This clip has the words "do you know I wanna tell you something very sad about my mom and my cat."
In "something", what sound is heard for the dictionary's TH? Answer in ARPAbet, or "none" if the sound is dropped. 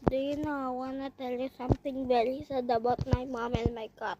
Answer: T